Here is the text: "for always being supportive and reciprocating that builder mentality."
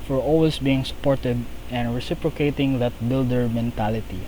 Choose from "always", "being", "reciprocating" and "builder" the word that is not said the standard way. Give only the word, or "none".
always